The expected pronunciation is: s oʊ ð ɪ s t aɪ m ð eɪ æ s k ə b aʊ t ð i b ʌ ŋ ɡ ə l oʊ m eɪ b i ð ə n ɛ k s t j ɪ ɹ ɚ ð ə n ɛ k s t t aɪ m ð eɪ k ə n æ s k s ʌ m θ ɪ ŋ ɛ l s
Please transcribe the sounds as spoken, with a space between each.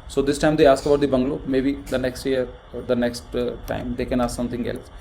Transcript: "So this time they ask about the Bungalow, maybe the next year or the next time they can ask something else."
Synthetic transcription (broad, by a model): s oʊ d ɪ s t aɪ m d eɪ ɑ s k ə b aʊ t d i b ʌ ŋ ɡ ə l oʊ m eɪ b i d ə n ɛ k s t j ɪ ɚ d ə n ɛ k s t t aɪ m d eɪ k ə n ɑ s s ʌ m t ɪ ŋ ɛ l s